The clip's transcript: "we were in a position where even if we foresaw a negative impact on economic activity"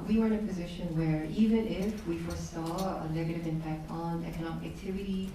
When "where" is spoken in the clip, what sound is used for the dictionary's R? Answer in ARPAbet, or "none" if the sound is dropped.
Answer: R